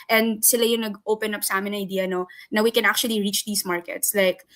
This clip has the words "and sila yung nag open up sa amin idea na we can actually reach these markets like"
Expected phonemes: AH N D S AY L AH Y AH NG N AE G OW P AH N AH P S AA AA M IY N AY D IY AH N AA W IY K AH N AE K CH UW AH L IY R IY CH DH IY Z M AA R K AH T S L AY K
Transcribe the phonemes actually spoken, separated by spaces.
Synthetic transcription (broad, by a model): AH N D S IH L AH Y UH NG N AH G OW P AH N AH P S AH AA M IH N AY D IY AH N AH W IY K AH N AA K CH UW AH L IY R IY CH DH IY S M AA R K AH T S L AY K